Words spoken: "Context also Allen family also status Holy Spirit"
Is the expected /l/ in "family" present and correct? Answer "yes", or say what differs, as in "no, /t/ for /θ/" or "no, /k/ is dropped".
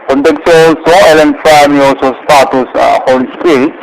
no, /l/ is dropped